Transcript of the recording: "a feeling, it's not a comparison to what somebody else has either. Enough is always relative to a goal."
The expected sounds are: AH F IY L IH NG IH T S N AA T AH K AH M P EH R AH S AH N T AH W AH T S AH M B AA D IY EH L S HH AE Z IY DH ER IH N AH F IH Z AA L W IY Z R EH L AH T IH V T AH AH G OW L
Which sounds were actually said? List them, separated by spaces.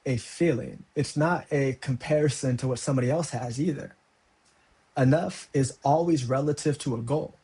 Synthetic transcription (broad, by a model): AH F IY L IH NG IH T S N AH T AH K AH M P EH R AH S AH N T AH W AH T S AH M B AA D IY EH L S HH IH Z IY DH ER IH N AH F IH Z AA L W IY Z R EH L AH T IH V T AH AH G OW L